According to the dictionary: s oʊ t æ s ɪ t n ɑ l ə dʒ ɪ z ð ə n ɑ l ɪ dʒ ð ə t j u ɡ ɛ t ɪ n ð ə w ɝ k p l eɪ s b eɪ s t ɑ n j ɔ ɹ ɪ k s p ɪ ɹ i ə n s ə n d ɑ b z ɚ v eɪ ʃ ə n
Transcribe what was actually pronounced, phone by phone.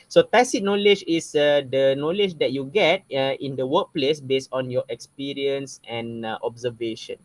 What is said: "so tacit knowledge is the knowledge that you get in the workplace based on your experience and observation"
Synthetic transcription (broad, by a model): s oʊ t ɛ s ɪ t n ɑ l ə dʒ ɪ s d ə n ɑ l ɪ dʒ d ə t j u ɡ ɛ t ɪ n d ə w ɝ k p l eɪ s b eɪ s t ɑ n j ɔ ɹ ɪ k s p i ɹ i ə n s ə n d ɑ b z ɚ v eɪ ʃ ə n